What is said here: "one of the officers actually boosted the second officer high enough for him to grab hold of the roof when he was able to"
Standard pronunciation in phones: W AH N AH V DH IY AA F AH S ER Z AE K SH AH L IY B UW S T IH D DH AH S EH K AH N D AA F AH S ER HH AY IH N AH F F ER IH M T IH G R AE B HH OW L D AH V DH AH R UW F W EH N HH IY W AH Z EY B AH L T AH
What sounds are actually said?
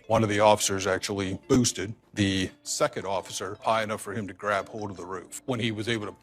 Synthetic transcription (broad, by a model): W AH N AH V DH IY AA F AH S ER Z AE K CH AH L IY B UW S T IH D DH AH S EH K AH N D AA F AH S ER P AY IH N AH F F ER IH M T IH G R AE B HH OW L D AH V DH AH R UW F W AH N IY W AH Z EY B L T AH